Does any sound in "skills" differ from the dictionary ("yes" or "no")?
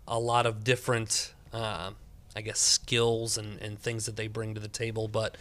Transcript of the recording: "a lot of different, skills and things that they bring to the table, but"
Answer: no